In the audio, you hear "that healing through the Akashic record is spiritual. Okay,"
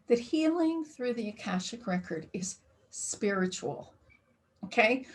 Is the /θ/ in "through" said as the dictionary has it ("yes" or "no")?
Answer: yes